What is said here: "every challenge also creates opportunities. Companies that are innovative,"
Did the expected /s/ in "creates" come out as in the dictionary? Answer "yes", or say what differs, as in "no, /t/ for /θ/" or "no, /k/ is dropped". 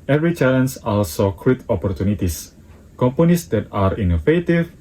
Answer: no, /s/ is dropped